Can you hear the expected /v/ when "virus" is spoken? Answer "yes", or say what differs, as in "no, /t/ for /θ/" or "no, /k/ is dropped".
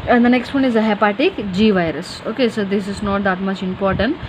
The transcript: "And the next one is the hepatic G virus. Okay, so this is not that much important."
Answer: yes